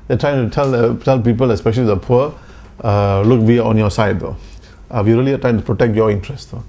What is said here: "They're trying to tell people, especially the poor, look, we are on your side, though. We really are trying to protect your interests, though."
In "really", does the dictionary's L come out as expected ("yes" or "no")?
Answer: yes